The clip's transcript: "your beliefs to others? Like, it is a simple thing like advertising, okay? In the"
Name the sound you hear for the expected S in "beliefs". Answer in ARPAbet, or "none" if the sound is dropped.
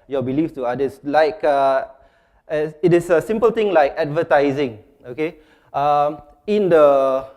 none